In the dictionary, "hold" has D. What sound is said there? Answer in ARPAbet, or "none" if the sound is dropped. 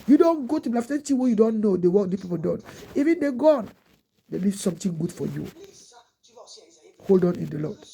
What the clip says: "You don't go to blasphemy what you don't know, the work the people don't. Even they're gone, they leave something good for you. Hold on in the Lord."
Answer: D